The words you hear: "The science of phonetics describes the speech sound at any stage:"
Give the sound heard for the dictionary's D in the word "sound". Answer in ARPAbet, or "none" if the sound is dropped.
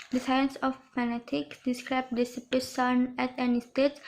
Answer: none